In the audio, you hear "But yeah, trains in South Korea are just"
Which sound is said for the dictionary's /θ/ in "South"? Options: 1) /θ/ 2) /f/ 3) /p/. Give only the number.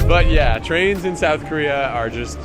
1